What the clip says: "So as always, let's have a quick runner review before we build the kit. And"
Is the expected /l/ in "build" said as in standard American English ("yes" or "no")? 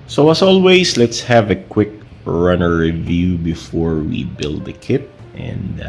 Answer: yes